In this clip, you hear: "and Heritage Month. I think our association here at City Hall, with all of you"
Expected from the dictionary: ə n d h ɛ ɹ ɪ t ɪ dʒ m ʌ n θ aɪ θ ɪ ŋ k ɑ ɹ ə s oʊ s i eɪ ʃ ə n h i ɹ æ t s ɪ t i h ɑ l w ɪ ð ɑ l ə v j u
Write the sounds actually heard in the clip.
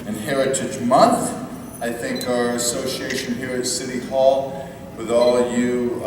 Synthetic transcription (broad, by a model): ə n h ɛ ɹ ɪ t ɪ dʒ m ʌ n θ aɪ θ ɪ ŋ k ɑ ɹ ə s oʊ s i eɪ ʃ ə n h i ɹ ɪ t s ɪ t i h ɑ l w ɪ ð ɑ l ə v j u